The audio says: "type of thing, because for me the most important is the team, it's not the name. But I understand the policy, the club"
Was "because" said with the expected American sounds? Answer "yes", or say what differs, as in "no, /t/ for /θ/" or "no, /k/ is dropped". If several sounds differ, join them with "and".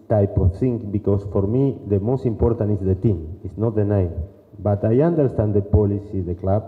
no, /s/ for /z/